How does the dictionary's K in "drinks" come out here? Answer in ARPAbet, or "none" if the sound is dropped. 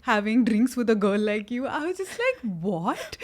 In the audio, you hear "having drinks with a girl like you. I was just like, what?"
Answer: K